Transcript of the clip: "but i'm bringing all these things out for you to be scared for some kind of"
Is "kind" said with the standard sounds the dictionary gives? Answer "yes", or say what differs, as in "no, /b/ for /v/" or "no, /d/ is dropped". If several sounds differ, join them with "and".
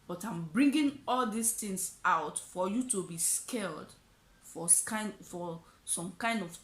yes